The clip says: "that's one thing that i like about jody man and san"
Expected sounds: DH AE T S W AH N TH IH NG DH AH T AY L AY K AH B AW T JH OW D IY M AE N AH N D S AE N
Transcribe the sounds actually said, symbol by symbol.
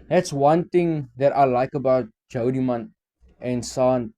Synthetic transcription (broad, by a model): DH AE T S W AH N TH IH NG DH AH T AY L AY K AH B AW T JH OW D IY M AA N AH N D S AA N